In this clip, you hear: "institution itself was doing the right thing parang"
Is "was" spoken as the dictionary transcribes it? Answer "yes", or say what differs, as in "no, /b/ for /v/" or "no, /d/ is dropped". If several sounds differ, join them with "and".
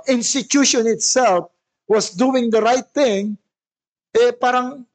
no, /s/ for /z/